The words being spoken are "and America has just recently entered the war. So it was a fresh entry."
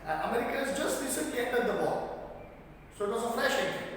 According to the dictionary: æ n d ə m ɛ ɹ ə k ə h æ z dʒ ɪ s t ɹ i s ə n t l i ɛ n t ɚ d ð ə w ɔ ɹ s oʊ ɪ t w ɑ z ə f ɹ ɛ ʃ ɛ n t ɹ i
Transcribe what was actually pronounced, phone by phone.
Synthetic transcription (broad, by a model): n ə m ɛ ɹ ə k ə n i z dʒ ɪ s t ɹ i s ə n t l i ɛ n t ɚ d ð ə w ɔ l s oʊ ɪ t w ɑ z ə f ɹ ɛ ʃ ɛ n